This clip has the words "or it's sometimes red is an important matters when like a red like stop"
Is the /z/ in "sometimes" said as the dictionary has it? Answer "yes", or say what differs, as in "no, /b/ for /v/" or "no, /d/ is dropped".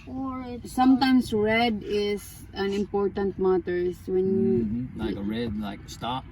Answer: no, /s/ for /z/